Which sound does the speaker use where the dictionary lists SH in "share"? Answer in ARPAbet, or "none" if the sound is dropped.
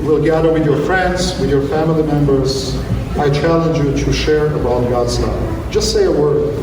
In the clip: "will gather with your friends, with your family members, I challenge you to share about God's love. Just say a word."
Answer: SH